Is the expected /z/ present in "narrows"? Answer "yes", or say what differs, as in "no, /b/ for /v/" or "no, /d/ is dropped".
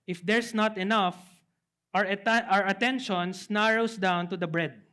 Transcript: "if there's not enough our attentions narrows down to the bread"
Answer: no, /s/ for /z/